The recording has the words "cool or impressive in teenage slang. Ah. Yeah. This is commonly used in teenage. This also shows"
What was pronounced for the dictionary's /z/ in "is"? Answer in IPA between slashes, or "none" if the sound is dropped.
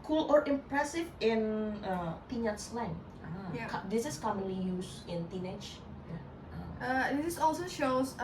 /s/